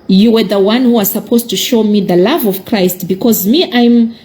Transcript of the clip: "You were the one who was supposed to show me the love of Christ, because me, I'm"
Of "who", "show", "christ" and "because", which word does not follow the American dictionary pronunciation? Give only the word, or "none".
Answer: none